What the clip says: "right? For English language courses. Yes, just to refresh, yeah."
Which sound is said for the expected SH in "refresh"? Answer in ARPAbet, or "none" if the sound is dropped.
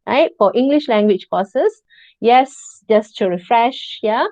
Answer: SH